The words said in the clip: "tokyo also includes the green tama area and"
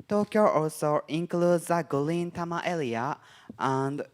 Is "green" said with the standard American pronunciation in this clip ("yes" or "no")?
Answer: no